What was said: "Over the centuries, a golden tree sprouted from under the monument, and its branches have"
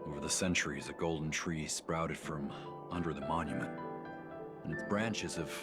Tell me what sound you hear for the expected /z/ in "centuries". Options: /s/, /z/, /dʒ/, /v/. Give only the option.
/z/